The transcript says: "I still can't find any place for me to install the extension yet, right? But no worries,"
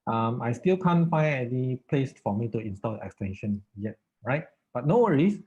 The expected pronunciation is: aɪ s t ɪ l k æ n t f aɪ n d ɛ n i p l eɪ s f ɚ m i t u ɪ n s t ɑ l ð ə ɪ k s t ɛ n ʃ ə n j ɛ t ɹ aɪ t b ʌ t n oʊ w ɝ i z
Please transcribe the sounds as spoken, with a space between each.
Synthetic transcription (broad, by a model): aɪ s t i l k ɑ n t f aɪ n ɛ l i p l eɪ s f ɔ m i t u ɪ n s t ɑ l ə k s t ɛ n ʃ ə n j ɛ t ɹ aɪ t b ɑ t n oʊ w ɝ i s